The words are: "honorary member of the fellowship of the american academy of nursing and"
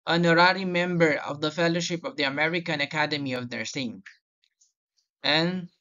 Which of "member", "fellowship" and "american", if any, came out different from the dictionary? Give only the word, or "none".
none